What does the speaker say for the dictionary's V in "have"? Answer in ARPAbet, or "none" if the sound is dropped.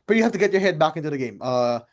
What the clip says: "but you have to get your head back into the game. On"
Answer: F